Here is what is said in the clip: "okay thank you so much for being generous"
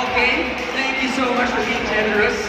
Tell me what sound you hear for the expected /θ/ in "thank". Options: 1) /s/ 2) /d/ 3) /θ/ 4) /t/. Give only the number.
4